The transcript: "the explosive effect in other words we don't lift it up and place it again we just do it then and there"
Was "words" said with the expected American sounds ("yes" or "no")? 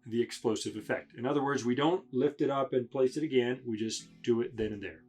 yes